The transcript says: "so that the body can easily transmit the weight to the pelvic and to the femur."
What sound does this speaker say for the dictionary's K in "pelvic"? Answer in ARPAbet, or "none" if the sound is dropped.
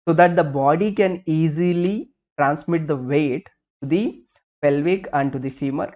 K